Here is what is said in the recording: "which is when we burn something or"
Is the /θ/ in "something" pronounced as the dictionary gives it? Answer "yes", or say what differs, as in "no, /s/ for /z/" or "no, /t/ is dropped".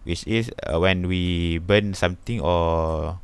no, /t/ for /θ/